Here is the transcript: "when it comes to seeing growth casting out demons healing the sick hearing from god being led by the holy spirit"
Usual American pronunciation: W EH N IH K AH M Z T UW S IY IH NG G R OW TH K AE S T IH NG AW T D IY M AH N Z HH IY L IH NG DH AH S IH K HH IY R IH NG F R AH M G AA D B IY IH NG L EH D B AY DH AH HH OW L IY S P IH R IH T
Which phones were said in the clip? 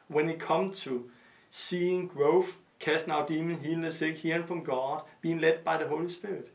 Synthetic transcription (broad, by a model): W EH N IH K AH M T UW S IY IH NG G R OW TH K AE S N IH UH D IY M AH N HH IY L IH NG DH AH S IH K HH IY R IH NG F R AH M G AA D B IY IH NG L EH D B AY DH AH HH OW L IY S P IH R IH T